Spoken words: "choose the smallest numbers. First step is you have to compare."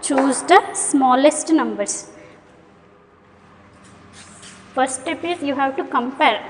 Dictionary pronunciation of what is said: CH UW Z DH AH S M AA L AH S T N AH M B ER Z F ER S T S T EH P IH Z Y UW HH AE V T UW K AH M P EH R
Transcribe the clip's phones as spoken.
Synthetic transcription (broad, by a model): CH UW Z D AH S M AA L AH S T N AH M B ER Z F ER T S T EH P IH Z Y UW HH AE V T UW K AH M P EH R